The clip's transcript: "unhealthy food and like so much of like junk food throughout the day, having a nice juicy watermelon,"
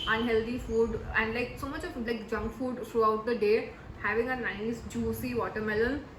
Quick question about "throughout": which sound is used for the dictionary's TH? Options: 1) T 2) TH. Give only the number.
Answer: 1